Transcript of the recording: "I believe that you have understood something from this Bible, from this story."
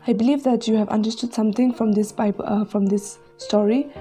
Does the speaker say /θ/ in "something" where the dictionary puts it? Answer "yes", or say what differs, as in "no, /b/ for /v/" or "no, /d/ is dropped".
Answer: no, /t/ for /θ/